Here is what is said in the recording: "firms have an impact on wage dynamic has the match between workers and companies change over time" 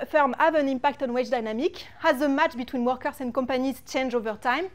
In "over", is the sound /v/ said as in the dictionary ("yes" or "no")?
yes